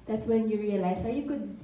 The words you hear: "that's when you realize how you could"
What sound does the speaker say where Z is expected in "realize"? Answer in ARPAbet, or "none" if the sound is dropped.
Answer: S